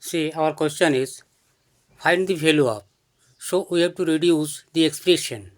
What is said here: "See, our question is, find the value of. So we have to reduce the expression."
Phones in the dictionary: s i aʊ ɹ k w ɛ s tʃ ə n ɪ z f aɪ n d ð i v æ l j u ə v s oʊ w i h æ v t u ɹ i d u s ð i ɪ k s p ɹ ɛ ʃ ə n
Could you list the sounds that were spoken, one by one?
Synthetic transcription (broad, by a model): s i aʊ ɹ k w ɛ s tʃ ə n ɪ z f aɪ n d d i f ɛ l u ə p s oʊ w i h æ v t u ɹ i d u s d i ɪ k s p ɹ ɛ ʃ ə n